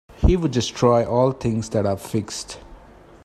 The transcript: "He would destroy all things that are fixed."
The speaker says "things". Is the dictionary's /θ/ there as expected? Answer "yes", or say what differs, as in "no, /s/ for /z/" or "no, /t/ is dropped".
no, /t/ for /θ/